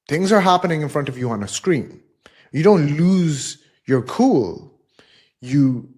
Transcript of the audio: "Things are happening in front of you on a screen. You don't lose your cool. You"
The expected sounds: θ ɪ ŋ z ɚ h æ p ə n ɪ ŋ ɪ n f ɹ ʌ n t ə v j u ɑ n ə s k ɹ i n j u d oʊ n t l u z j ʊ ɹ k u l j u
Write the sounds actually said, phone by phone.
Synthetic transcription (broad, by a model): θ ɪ ŋ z ɚ h æ p ə n ɪ ŋ ɪ n f ɹ ʌ n t ə v j u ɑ n ə s k ɹ i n j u d oʊ n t l u z j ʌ ɹ k u l j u